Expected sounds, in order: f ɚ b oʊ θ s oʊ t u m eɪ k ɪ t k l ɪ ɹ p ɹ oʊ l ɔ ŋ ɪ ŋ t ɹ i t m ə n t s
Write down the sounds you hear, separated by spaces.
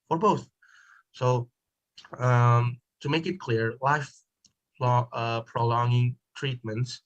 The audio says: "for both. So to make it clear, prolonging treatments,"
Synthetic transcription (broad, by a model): f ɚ b oʊ θ s oʊ t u m eɪ k ɪ t k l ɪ ɹ p ɹ oʊ l ɔ ŋ ɪ ŋ t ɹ i t m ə n t s